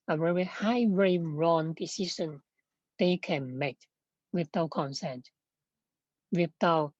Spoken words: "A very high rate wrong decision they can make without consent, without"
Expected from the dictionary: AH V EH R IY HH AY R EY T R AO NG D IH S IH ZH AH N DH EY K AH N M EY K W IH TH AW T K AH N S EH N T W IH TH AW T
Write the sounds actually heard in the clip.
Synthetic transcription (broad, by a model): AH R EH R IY HH AY W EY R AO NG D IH S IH S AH N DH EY K AH N M EY K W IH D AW K AH N S EH N T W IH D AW